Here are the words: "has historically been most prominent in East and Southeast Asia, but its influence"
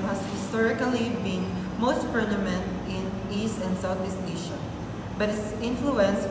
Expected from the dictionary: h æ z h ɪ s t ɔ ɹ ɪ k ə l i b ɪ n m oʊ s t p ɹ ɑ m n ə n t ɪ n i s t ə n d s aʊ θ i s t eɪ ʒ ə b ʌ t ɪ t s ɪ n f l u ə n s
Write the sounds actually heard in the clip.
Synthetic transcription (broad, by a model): h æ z h ɪ s t ɔ ɹ ɪ k ə l i b ɪ n m oʊ s t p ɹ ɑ m ə n t ɪ n i s t ə n d s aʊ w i s t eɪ ʃ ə b ʌ t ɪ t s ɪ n f l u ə n s